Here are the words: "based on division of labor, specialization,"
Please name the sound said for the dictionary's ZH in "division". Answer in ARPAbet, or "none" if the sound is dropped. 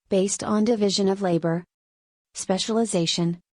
ZH